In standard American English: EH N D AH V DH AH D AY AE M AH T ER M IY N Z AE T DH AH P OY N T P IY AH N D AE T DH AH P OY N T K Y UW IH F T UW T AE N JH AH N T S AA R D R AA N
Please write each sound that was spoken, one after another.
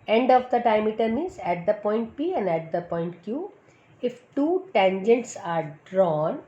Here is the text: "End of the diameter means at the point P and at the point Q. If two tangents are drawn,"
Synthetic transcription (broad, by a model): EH N D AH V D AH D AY M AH T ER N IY Z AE T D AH P OY N T P IY AH N D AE T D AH P OY N T K Y UW IH F T UW T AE N JH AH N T S AA R D R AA N